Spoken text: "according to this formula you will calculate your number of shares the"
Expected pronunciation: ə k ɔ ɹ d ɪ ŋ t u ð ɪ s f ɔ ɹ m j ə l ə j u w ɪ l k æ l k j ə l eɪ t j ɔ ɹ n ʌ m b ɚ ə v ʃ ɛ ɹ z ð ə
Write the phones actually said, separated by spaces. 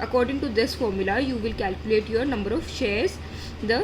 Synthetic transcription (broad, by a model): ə k ɔ ɹ d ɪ ŋ t u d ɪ s f ɔ ɹ m j ə l ə j u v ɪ l k æ l k j ə l eɪ t j ɔ ɹ n ʌ m b ɚ ə v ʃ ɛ ɹ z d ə